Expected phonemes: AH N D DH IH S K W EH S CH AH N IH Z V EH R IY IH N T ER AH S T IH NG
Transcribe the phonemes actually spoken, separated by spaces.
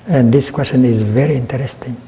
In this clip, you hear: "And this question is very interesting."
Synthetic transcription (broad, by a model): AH N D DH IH S K W EH S CH AH N IH Z V EH R IY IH N T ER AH S T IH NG